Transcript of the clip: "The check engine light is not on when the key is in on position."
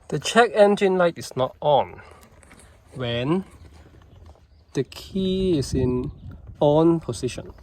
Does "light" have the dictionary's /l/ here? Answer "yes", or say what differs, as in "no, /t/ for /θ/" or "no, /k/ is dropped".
yes